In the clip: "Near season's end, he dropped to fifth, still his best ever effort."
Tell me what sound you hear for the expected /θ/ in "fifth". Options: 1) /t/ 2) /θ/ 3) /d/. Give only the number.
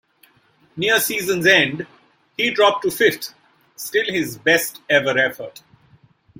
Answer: 1